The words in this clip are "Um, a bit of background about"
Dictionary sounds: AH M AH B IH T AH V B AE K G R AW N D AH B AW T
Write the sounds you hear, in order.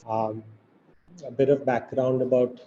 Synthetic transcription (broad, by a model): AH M AH B IH T AH V B AE K G R AW N D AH B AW T